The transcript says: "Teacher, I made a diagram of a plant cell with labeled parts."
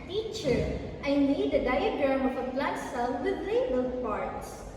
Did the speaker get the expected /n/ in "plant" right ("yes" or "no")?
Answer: no